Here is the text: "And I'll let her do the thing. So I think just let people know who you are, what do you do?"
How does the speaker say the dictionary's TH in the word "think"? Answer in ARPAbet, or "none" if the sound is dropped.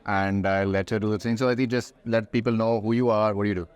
T